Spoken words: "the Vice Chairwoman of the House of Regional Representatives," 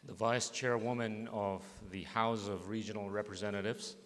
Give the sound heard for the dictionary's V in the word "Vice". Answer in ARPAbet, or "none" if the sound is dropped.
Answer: V